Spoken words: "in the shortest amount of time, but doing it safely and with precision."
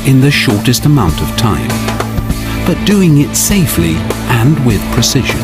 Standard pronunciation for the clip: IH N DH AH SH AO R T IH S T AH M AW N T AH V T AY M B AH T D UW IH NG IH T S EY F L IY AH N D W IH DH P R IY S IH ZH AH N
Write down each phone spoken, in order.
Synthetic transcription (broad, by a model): IH N DH AH SH AO R T IH S T AH M AW N T AH V T AY M B AH T D UW IH NG IH T S EY F L IY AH N W IH DH P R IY S IH ZH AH N